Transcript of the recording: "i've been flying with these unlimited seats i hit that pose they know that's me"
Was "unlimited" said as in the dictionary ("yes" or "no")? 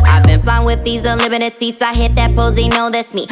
no